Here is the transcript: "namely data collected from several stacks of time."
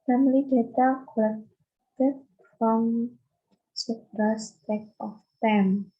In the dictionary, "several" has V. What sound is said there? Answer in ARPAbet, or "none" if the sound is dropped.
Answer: P